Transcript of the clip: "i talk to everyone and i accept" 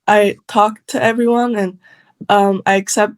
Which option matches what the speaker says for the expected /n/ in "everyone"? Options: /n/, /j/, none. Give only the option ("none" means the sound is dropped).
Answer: /n/